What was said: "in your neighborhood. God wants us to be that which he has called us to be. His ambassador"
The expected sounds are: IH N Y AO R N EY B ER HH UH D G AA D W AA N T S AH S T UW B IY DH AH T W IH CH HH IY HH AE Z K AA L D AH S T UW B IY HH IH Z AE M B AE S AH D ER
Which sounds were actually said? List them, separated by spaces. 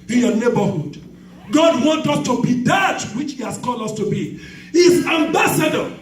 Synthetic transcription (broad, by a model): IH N Y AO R N EY B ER HH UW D G AA D W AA N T AH S T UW B IY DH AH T W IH CH HH IY HH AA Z K AA L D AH S T UW B IY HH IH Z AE M B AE S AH D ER